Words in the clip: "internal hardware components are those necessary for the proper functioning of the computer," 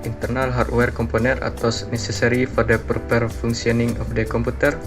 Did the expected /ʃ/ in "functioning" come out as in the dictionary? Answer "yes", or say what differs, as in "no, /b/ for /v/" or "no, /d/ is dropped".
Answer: no, /s/ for /ʃ/